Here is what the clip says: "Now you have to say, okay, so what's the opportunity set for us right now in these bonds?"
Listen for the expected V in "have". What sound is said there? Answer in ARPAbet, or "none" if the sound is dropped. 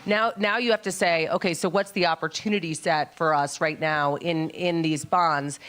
F